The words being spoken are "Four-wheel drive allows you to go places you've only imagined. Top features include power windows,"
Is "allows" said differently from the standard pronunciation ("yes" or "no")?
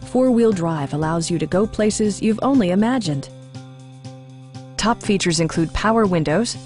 no